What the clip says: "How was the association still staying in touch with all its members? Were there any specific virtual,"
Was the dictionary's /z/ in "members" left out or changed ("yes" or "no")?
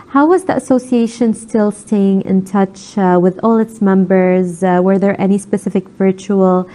no